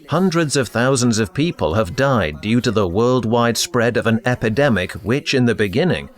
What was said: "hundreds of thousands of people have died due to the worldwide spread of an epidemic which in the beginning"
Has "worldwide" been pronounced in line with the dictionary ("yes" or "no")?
yes